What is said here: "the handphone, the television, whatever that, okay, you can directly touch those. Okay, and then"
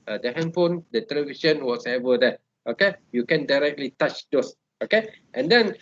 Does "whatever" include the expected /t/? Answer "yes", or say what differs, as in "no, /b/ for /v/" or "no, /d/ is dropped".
no, /s/ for /t/